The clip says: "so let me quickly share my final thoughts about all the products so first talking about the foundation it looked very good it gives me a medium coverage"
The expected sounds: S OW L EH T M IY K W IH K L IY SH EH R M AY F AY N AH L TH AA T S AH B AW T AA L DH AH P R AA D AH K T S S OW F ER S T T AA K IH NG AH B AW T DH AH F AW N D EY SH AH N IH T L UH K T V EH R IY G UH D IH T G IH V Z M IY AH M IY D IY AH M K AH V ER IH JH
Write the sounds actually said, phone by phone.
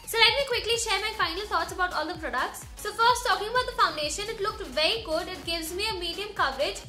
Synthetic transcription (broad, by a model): S OW L EH T M IY K W IH K L IY SH EH R M AY F AY N AH L T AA T S AH B AW T AA L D AH P R AA D AH K T S S OW F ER S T T AA K IH NG AH B AW T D AH F AW N D EY SH AH N IH T L UH K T V EH R IY G UH D IH T G IH V Z M IY AH M IY D IY AH M K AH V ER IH JH